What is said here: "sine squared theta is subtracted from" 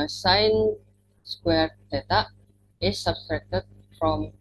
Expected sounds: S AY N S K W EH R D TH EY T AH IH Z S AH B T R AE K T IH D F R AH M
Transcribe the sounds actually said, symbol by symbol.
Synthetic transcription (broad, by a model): S AY N S K W EH R D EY T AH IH S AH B T R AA K T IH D F R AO M